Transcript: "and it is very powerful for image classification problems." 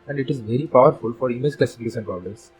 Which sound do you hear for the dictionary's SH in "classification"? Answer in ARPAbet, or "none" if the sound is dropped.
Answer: S